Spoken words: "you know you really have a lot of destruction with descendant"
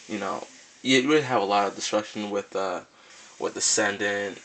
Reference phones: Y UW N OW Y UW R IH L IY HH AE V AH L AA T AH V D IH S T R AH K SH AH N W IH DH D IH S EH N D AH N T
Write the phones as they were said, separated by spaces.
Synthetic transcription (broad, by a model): Y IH N OW Y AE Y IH W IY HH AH V AH L AA T AH V D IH S T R AH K SH N W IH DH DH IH S EH N D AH N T